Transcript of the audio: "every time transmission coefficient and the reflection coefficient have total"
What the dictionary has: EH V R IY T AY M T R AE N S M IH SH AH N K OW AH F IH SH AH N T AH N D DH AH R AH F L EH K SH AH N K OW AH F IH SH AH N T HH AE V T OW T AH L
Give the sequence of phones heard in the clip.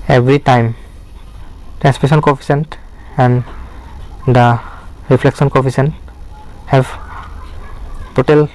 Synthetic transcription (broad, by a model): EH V R IY T AY M T R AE N S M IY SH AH N K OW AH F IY S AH N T AH N D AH R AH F L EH K S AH N K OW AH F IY S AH N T HH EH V T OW T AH L